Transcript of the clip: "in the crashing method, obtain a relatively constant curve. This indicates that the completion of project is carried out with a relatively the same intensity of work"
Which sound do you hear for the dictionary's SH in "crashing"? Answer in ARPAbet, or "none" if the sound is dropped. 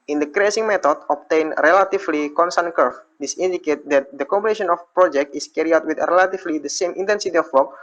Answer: S